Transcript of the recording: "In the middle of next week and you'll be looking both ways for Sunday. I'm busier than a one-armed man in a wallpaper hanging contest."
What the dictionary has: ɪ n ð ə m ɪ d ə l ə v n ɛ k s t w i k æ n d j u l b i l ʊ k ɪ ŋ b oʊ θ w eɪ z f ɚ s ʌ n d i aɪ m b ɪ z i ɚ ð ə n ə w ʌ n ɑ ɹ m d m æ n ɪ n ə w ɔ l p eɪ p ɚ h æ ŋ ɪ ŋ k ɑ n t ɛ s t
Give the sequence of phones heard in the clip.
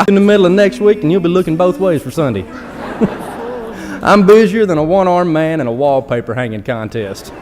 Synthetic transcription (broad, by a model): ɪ n ð ə m ɪ d l ə v n ɛ k s t w i k n j u l b i l ʊ k ɪ ŋ b oʊ θ w eɪ z f ɚ s ʌ n d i aɪ m b ɪ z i ɚ ð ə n ə w ʌ n ɑ ɹ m m æ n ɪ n ə w ɔ l p eɪ p ɚ h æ ŋ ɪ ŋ k ɑ n t ɛ s t